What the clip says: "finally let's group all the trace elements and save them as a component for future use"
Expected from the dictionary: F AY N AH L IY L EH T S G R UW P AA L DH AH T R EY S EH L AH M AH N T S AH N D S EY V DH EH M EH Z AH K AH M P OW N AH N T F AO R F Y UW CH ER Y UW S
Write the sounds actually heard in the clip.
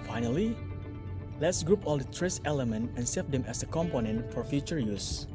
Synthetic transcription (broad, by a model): F AY N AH L IY L EH T S G R UW P AA L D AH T R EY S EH L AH M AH N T AH N S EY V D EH M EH S AH K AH M P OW N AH N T F AO R F Y UW CH ER Y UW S